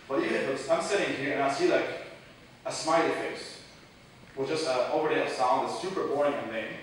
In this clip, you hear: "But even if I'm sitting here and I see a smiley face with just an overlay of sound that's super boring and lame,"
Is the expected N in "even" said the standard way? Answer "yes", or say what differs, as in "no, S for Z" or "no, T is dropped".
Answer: no, N is dropped